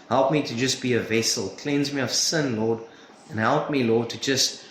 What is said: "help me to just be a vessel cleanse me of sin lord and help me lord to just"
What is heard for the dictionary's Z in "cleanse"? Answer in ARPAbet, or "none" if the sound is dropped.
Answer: Z